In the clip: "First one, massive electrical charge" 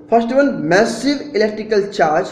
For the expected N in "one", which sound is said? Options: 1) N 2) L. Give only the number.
2